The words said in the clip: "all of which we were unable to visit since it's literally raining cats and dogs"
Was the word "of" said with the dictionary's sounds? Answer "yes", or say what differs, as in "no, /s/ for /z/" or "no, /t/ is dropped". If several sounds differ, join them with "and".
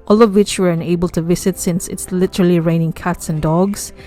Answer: yes